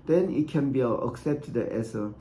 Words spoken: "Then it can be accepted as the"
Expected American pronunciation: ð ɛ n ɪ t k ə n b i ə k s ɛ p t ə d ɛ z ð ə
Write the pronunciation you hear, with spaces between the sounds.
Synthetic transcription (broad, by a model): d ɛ n ɪ t k ə n b i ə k s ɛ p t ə ɛ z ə